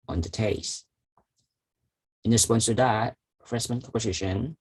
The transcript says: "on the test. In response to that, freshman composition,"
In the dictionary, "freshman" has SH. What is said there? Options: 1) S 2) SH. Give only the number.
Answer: 1